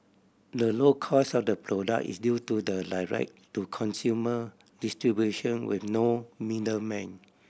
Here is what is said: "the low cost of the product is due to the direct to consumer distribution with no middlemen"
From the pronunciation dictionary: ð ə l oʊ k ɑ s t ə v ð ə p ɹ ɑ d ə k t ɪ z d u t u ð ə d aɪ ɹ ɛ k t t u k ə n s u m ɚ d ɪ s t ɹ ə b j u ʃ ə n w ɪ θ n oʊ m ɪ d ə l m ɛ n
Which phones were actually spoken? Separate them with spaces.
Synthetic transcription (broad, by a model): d ə l oʊ k ɑ s ə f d ə p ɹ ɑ d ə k ɪ s d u t u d ə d aɪ ɹ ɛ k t t u k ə n s u m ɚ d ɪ s t ɹ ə b j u ʃ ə n w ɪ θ n oʊ m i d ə m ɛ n